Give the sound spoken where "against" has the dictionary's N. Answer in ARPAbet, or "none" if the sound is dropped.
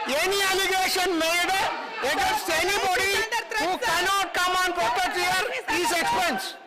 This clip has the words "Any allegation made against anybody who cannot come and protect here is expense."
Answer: none